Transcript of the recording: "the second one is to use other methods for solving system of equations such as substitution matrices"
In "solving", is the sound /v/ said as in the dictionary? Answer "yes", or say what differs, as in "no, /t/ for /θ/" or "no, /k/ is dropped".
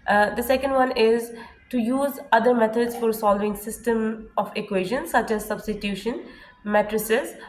yes